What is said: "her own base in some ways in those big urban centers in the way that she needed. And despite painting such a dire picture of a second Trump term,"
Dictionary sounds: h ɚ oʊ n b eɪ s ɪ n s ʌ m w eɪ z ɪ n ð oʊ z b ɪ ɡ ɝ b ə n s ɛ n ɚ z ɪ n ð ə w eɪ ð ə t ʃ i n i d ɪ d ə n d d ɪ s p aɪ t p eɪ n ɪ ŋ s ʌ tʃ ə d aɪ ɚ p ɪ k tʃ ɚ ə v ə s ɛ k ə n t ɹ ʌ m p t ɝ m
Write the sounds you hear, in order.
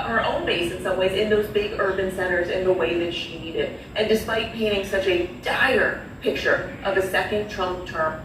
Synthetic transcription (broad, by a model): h ɚ oʊ n b eɪ s ɪ n s ʌ m w eɪ z ɪ n ð oʊ z b ɪ ɡ ɝ b ə n s ɛ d ɚ z ɪ n ð ə w eɪ ð ə t ʃ i n i d ɪ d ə n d d ɪ s p aɪ t p eɪ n ɪ ŋ s ʌ tʃ ə d aɪ ɚ p ɪ k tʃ ɚ ə v ə s ɛ k ə n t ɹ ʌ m t ɝ m